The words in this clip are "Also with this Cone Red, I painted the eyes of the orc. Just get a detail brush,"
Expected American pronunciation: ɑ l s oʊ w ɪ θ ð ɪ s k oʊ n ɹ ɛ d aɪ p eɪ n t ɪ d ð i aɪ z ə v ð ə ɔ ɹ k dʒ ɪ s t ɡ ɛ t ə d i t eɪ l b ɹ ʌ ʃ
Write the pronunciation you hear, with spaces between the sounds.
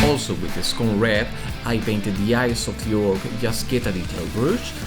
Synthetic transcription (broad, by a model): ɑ l s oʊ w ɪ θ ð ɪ s k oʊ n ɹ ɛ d aɪ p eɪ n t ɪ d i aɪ s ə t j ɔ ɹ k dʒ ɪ s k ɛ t ə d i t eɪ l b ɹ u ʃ